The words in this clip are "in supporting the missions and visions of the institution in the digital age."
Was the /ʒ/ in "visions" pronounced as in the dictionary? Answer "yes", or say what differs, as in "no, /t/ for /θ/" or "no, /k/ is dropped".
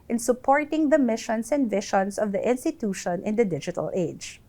no, /ʃ/ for /ʒ/